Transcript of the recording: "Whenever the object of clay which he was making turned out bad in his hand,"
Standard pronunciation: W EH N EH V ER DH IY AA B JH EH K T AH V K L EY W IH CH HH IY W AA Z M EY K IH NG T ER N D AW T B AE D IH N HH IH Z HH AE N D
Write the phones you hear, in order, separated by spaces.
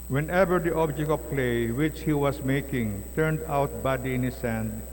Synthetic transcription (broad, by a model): W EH N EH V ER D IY AA B JH EH K T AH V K L EY W IH CH HH IY W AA S M EY K IH NG T ER N D AW T B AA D IH N HH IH S HH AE N D